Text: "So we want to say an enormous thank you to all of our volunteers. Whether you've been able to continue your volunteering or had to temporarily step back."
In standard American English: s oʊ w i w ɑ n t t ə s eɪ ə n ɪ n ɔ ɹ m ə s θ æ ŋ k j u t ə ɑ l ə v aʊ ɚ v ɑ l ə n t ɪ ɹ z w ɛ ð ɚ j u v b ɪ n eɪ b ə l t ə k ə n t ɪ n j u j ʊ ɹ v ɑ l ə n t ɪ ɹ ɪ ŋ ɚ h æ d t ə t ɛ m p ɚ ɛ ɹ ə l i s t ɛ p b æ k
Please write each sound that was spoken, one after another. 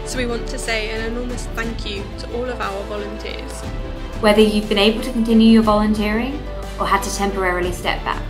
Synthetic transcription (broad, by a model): s oʊ w i w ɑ n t t ə s eɪ ə n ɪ n ɔ l m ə s θ æ ŋ k j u t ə ɑ l ə v aʊ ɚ v ɑ l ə n t ɪ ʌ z w ɛ ð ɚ j u v b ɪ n eɪ b ə l t ə k ə n t ɪ n j u j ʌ v ɑ l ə n t ɪ ɹ ɪ ŋ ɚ h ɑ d t ə t ɛ m p ɚ ɛ ɹ ə l i s t ɛ p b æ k